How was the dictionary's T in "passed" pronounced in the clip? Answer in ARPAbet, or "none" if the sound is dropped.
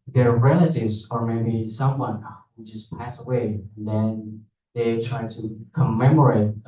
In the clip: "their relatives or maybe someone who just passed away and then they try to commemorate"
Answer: none